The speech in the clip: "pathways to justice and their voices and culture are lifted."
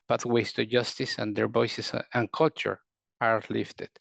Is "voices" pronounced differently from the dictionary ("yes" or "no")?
yes